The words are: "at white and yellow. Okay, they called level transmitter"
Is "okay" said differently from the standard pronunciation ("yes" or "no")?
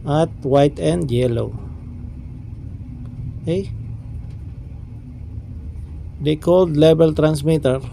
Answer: yes